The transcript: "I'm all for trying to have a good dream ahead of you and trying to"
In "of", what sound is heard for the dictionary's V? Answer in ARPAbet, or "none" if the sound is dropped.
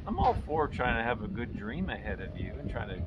V